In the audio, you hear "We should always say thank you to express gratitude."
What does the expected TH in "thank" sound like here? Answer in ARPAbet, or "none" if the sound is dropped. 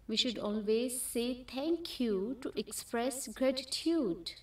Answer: T